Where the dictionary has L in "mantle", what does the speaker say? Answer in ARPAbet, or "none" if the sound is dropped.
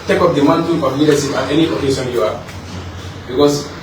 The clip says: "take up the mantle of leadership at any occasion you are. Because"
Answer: N